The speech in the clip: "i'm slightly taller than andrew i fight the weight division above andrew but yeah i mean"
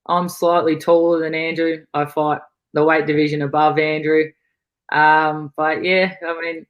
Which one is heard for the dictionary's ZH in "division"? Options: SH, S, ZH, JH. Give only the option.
ZH